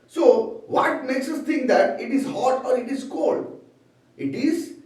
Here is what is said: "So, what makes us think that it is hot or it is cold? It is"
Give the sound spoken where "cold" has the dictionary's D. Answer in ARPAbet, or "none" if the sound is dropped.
D